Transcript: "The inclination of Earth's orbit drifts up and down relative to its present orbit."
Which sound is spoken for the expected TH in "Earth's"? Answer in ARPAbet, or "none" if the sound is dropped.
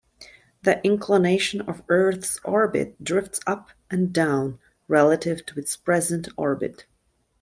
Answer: TH